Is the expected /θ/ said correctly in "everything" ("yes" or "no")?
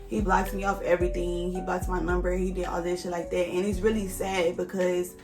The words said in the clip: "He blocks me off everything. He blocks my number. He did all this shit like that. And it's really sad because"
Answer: yes